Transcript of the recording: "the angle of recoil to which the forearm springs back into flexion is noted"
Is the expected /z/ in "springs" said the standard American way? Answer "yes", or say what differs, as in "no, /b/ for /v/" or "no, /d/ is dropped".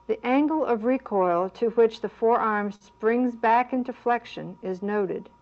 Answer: yes